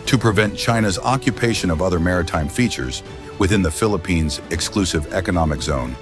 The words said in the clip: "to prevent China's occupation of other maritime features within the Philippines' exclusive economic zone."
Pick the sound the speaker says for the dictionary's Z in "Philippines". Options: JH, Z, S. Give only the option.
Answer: Z